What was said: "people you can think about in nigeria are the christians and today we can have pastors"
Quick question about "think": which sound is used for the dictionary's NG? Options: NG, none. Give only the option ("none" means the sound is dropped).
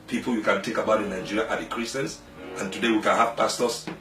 none